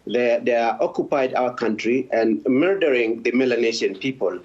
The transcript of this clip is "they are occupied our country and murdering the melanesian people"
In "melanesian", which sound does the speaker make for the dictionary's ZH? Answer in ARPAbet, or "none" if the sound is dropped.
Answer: SH